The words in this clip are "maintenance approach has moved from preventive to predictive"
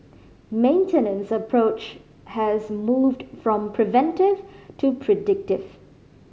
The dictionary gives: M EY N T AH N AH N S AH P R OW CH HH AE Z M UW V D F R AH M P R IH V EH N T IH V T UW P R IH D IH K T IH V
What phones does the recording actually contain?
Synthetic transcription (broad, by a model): M EY N T AH N AH N S AH P R OW CH HH AE Z M UW V D F R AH M P R IH V EH N T IH V T UW P R IH D IH K T IH V